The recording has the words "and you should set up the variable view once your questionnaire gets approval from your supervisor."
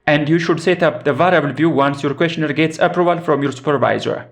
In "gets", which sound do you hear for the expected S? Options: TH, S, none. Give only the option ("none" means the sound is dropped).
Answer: S